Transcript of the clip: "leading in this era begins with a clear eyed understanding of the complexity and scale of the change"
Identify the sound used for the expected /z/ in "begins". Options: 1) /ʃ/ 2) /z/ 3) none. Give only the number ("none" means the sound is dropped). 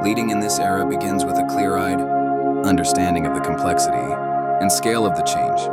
2